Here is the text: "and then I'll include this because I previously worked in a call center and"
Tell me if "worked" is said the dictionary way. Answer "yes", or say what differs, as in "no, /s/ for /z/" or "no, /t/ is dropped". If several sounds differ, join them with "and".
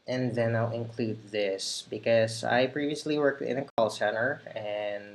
yes